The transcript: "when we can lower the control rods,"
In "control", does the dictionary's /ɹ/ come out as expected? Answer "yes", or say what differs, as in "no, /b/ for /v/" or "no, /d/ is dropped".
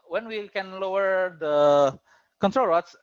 yes